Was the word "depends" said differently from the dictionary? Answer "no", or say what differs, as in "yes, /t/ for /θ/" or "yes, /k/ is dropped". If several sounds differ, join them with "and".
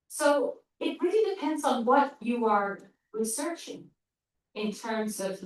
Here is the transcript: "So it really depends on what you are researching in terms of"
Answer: no